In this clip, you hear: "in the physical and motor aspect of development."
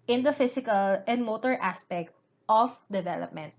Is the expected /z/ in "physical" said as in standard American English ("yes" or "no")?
no